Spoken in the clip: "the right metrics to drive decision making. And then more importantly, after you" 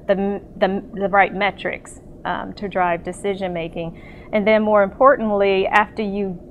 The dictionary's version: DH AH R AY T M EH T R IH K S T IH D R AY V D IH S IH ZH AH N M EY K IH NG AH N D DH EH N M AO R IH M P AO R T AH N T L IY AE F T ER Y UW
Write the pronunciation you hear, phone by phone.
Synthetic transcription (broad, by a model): DH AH R AY T M EH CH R IH K S T IH D R AY V D IH S IH ZH AH N M EY K IH NG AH N DH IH N M AO R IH M P AO R T N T L IY AE F T ER Y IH